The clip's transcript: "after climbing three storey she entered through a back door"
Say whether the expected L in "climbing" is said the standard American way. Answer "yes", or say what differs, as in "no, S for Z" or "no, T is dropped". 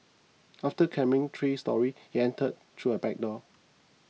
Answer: no, L is dropped